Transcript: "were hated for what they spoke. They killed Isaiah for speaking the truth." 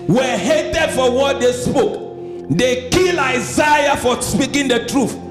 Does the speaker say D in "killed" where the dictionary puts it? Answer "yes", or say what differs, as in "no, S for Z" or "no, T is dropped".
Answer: no, D is dropped